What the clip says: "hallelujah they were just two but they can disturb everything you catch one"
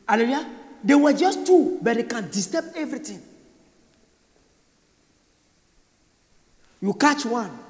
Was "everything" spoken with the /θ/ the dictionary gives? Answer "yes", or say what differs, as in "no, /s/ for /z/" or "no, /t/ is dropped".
no, /t/ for /θ/